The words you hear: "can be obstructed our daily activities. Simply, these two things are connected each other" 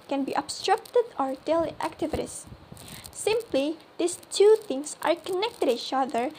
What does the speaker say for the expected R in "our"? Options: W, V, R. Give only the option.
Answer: R